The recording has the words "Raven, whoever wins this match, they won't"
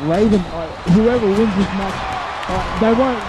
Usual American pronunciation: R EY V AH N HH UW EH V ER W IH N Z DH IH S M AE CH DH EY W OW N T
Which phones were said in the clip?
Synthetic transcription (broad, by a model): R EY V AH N HH UW EH V ER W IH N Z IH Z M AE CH DH EY W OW N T